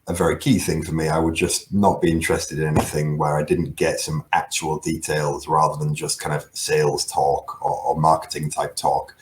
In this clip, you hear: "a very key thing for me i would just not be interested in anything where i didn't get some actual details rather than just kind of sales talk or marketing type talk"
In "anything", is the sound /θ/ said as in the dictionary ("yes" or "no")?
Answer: yes